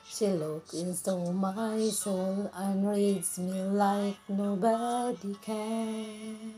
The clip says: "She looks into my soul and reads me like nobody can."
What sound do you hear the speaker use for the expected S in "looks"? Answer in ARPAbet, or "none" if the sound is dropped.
none